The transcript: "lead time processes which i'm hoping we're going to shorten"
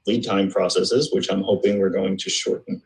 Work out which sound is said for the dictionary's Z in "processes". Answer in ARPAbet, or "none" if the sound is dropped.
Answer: Z